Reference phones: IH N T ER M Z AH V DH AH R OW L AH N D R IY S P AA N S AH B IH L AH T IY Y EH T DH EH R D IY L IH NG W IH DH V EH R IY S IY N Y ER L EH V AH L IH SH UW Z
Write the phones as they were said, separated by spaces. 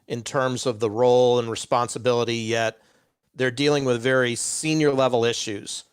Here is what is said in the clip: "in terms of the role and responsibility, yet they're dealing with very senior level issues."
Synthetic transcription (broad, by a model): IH N T ER M Z AH V DH AH R OW L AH N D R IY S P AA N S AH B IH L AH T IY Y EH T DH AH R D IY L IH NG W IH DH V EH R IY S IY N Y ER L EH V L IH SH UW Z